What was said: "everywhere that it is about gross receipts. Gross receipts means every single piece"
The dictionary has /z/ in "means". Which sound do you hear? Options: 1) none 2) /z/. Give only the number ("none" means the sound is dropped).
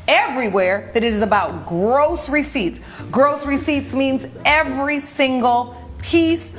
2